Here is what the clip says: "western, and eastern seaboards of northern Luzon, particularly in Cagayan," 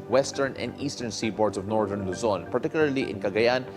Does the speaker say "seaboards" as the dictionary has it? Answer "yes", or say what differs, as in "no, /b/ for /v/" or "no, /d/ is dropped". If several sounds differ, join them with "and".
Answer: no, /s/ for /z/